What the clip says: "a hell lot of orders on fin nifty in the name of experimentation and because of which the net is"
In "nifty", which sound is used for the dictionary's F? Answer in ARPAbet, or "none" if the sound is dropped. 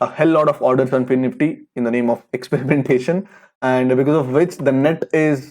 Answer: none